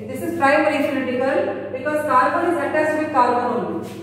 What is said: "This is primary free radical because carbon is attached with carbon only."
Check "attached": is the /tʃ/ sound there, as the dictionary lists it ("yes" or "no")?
no